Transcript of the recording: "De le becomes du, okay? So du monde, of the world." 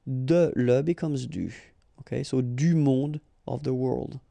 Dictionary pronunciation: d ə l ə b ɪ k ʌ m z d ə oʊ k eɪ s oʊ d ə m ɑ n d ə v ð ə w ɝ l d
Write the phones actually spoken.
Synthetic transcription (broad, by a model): d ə l ə b ɪ k ʌ m z d ə oʊ k eɪ s oʊ d ə m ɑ d ə v ð ə w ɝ l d